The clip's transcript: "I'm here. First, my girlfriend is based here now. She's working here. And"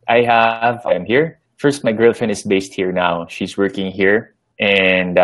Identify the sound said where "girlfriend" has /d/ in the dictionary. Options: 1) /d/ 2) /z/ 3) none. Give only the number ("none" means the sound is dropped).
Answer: 3